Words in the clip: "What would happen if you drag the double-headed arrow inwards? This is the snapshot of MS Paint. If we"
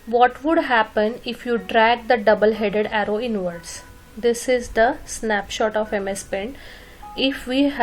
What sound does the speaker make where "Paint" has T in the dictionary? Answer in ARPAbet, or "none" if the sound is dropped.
none